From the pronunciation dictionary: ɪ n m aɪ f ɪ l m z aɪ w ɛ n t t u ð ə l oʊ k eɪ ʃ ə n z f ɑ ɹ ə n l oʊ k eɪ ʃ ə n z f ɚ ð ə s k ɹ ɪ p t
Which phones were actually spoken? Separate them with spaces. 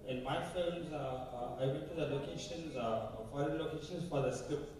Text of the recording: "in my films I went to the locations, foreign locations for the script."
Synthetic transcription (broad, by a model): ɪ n m aɪ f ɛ m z aɪ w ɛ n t t u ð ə l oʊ k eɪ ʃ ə n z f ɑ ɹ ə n l oʊ k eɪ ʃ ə n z f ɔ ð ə s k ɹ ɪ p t